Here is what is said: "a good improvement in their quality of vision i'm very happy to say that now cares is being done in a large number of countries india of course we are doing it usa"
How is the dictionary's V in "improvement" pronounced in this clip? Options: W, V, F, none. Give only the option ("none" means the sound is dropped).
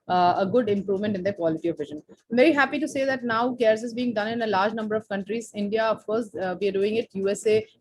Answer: V